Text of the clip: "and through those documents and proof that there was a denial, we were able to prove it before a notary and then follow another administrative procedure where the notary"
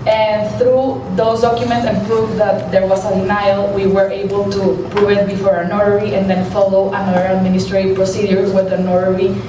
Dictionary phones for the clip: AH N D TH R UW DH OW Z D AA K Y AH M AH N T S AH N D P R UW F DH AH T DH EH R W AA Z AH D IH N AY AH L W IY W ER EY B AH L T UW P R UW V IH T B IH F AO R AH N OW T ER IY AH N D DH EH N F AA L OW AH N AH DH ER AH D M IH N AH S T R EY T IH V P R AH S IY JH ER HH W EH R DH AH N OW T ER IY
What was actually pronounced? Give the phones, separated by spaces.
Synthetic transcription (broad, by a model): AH N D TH R UW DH OW S D AA K Y AH M AH N T S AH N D P R UW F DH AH T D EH R W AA S AH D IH N AY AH L W IY W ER EY B AH L T UW P R UW V IH T B IH F AO R AH N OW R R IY AH N D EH N F AA L OW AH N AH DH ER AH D M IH N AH S T R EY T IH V P R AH S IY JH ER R W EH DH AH N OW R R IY